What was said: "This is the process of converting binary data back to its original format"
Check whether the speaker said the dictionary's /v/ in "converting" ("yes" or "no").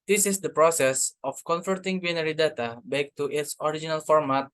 no